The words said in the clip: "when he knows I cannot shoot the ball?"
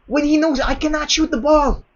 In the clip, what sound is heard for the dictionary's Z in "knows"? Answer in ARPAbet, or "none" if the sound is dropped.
Z